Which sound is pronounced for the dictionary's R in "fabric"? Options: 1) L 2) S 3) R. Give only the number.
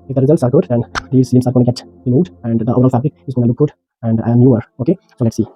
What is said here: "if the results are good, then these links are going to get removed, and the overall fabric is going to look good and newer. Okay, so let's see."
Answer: 1